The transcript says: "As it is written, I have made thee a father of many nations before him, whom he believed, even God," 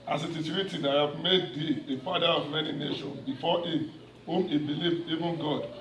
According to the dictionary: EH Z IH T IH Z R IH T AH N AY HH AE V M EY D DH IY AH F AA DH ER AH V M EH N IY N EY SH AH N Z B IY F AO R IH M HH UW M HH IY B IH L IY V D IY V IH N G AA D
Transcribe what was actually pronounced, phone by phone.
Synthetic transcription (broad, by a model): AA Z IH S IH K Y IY T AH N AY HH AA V M EY D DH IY AH F AA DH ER AH V M EH N IY N EY SH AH N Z B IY F AO IH M HH UW M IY B IH L IY V D IY V IH N G AA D